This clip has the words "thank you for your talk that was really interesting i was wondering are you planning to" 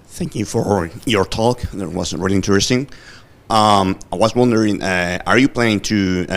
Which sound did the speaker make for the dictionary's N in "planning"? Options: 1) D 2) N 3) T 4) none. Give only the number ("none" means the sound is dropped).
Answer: 4